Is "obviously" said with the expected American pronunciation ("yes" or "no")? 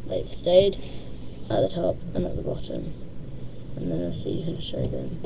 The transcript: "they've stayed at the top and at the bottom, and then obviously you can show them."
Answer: no